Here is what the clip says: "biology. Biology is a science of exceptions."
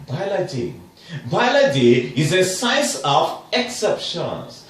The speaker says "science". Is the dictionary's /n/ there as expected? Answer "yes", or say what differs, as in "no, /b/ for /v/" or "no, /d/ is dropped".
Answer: no, /n/ is dropped